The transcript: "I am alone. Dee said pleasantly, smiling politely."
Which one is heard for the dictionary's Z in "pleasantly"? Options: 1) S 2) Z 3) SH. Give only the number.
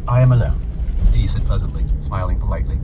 2